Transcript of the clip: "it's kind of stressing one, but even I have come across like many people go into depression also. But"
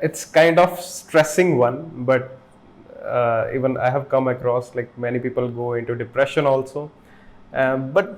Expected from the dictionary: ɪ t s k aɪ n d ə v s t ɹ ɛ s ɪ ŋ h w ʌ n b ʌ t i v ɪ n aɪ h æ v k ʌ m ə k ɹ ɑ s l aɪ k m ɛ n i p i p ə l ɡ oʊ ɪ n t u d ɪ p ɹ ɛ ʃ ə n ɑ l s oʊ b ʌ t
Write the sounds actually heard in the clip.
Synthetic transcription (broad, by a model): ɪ t s k aɪ n d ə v s t ɹ ɛ s ɪ ŋ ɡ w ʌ n b ʌ t i v ɪ n aɪ h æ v k ʌ m ə k ɹ ɑ s l aɪ k m ɛ n i p i p ə l ɡ oʊ ɪ n t u d ɪ p ɹ ɛ ʃ ə n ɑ l s oʊ b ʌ t